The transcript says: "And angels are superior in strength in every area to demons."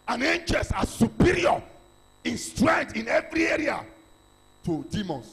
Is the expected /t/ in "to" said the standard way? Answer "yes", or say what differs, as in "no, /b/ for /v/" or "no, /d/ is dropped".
yes